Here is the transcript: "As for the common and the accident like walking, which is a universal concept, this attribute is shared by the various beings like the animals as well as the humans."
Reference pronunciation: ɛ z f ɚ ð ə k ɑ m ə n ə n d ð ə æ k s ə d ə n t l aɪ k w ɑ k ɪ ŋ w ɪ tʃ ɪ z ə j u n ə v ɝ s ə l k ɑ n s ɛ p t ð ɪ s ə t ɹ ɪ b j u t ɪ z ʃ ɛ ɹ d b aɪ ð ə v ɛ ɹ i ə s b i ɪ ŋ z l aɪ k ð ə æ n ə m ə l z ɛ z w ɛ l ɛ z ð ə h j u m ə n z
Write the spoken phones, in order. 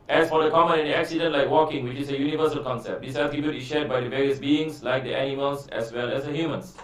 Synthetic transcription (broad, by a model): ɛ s f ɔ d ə k ɑ m ə n ə n d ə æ k s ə d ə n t l aɪ k w ɑ k ɪ ŋ w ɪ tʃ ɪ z ə j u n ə v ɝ s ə l k ɑ n s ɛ p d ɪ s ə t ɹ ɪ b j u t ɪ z ʃ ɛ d b aɪ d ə v ɛ ɹ i ə s b i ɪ ŋ s l aɪ k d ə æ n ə m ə l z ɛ s w ɛ l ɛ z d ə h j u m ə n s